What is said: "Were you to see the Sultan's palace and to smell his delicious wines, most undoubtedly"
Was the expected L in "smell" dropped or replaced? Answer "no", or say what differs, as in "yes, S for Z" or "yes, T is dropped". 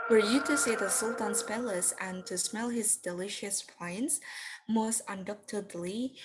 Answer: no